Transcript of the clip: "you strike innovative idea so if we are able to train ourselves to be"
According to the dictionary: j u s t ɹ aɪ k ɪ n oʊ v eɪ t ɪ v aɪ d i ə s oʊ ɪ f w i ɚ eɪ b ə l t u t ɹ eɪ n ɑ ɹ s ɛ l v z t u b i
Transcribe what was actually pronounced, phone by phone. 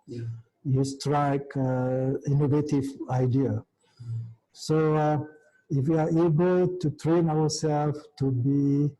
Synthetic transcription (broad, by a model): j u s t ɹ aɪ k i n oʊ v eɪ t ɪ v aɪ d i ə s oʊ ɪ f w i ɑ eɪ b ə l t u t ɹ eɪ n ɑ w s ɛ l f t u b i